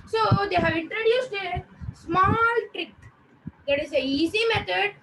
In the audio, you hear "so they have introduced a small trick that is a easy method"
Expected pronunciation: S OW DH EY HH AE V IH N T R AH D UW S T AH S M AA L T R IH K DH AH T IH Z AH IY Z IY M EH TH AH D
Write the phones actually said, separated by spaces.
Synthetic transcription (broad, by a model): S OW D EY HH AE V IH N T R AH D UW S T AH S M AA L T R IH K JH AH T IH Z AH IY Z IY M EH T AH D